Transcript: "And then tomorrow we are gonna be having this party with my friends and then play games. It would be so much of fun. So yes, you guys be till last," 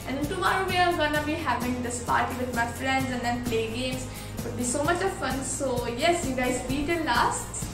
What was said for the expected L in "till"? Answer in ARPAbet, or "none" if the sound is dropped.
N